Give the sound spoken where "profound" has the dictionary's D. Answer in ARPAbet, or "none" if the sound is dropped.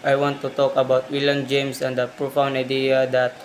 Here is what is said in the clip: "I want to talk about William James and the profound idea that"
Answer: none